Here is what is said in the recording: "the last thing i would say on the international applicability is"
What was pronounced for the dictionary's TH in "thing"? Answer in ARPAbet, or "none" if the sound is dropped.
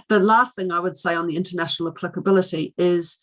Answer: TH